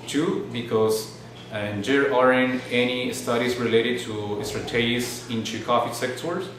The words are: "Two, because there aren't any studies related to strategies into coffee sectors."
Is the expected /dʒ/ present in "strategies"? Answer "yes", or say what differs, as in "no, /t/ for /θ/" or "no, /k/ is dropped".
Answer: no, /dʒ/ is dropped